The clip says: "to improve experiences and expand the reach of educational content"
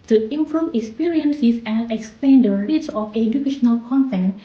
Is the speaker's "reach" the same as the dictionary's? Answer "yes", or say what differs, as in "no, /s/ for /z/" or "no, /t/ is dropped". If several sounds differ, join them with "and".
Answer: no, /s/ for /tʃ/